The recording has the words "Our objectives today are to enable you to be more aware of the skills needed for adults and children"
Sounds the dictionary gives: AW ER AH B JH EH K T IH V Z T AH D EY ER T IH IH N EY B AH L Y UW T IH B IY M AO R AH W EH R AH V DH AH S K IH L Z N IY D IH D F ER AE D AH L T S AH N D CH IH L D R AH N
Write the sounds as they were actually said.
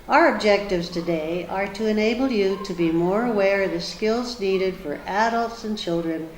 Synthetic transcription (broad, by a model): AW ER AH B JH EH K T IH V Z T AH D EY ER T IH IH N EY B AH L Y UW T IH B IY M AO R AH W EH R AH V DH AH S K IH L Z N IY D IH D F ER AE D AH L T S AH N CH IH L D R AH N